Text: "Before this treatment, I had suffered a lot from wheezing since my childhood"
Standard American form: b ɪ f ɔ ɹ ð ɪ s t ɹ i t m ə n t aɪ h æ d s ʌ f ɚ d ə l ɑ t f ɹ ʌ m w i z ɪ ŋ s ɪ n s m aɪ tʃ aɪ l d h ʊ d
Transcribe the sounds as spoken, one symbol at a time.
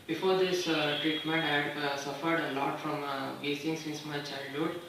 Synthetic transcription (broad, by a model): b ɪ f ɔ ɹ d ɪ s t ɹ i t m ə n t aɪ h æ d s ʌ f ɚ d ə l ɑ t f ɹ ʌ m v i s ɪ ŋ s ɪ n s m aɪ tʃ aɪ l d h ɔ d